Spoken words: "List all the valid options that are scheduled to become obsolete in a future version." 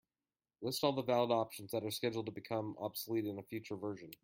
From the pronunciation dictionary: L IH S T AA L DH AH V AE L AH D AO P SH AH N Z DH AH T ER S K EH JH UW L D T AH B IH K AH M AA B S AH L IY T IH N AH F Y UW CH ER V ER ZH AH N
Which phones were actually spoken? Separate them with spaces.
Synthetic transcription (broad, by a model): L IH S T AA L DH AH V AE L AH D AO P SH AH N Z DH AH T ER S K EH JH L D T AH B IH K AH M AA B S AH L IY T IH N AH F Y UW CH ER V ER ZH AH N